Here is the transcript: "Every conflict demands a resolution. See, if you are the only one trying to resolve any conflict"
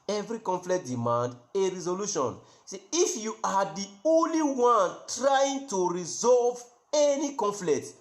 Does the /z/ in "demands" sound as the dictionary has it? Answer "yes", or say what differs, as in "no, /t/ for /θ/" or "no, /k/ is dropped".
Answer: no, /z/ is dropped